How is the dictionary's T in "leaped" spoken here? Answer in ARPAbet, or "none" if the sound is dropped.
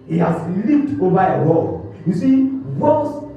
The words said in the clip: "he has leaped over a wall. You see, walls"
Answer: T